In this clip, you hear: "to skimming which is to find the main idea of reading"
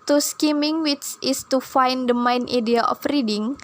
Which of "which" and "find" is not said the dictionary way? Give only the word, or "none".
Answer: which